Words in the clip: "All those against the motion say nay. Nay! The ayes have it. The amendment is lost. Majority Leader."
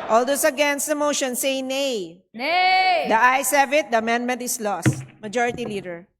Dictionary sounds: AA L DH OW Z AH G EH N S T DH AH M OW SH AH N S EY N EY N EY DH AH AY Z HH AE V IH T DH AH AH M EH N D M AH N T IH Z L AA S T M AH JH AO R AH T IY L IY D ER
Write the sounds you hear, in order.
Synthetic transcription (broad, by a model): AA L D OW S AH G EH N S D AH M OW SH AH N S EY N EY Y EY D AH AY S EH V IH T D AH AH M EH N D M AH N T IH S L AA S T M AH JH AO R AH T IY L IY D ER